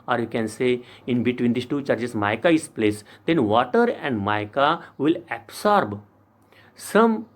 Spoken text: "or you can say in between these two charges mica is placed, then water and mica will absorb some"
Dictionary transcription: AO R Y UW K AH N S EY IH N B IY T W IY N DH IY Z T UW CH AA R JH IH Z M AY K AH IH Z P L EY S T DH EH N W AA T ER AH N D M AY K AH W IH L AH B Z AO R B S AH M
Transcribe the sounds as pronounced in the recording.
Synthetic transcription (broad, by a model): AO R Y UW K AH N S EY IH N B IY T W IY N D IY S T UW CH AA R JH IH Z M AY K AH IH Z P L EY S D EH N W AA T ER AH N D M AY K AH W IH L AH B S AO R B S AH M